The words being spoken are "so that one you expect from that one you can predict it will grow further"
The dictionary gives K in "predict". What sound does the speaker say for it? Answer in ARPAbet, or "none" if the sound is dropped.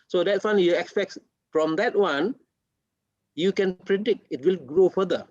K